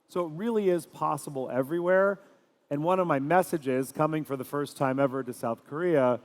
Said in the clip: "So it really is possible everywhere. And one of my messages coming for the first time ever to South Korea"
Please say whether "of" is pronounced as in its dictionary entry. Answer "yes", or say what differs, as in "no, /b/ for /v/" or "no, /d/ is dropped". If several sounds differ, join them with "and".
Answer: yes